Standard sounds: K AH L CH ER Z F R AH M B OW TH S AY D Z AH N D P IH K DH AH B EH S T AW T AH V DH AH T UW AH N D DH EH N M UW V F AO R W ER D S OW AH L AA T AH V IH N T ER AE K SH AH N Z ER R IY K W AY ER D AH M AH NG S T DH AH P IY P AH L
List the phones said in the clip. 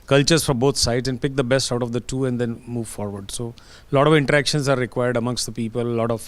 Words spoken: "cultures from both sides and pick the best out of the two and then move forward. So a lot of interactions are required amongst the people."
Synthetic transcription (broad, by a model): K AH L CH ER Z F R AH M B OW T S AY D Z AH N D P IH K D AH B EH S T AW T AH V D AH T UW AH N D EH N M UW V F AO R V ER D S OW L AA T AH V IH N T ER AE K SH AH N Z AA R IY K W AY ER D AH M AH NG S T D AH P IY P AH L